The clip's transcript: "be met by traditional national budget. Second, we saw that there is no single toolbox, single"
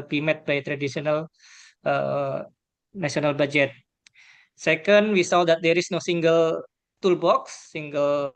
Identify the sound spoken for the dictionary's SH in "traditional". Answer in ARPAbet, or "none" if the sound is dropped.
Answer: S